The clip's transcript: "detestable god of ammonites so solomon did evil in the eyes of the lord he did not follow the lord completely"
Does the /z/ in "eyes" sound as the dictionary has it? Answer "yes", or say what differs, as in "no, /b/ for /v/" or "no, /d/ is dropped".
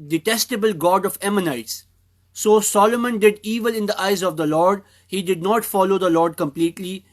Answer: yes